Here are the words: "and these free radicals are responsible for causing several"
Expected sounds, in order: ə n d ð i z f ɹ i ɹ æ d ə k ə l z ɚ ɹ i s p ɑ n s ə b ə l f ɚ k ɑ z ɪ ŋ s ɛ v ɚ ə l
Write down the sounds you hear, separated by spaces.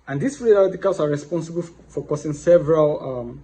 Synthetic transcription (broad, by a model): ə n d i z f ɹ i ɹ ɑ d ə k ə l s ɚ ɹ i s p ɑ n s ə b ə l f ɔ k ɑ s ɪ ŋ s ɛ v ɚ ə l